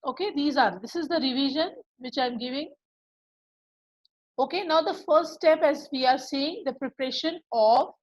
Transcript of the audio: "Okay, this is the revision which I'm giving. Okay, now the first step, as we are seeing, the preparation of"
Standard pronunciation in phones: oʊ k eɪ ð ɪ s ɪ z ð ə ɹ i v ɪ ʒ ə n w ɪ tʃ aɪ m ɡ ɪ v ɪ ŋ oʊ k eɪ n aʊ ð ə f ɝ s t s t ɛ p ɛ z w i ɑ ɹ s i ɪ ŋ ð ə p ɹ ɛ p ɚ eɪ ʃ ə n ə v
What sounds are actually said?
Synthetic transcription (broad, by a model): oʊ k eɪ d ɪ s ɪ z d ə ɹ i v ɪ ʒ ə n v ɪ tʃ aɪ m ɡ ɪ v ɪ ŋ oʊ k eɪ n aʊ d ə f ɝ s t s t ɛ p ɛ z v i ɑ ɹ s i ɪ ŋ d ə p ɹ ɛ p ɚ eɪ ʃ ə n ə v